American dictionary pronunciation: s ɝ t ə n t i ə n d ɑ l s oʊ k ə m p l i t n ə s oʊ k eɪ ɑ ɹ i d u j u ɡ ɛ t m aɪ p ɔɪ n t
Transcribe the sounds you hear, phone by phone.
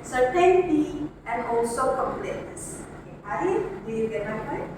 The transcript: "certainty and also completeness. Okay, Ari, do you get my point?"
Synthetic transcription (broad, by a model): s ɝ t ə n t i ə n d ɑ l s oʊ k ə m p l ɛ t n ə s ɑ i d u j u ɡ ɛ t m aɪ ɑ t